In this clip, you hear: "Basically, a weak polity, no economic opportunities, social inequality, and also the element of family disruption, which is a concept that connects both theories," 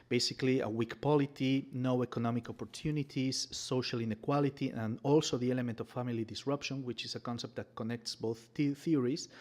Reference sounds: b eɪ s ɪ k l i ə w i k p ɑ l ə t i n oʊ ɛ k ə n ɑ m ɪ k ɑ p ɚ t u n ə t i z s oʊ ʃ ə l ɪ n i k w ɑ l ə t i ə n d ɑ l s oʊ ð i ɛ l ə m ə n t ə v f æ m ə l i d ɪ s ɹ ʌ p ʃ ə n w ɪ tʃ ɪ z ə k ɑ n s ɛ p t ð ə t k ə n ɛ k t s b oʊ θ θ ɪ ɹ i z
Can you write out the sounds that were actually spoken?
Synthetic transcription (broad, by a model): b eɪ s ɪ k l i ə w i k p ɑ l ə t i n oʊ ɛ k ə n ɑ m ɪ k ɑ p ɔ t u n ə t i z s oʊ ʃ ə l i n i k w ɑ l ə t i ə n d ɑ l s oʊ ð i ɛ l ə m ə n t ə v f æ m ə l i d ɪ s ɹ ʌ p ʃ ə n w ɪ tʃ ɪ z ə k ɑ n s ɛ p t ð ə t k ə n ɛ k t s b oʊ θ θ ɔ ɹ i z